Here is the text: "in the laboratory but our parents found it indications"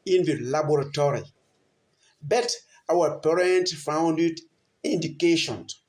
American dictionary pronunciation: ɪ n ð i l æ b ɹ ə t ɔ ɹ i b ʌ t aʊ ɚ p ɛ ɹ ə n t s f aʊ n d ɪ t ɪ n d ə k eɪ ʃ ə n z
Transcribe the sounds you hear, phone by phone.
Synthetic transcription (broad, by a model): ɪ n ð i l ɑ b ɹ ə t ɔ ɹ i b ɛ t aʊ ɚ p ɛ ɹ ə n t f aʊ n d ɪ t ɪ n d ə k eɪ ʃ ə n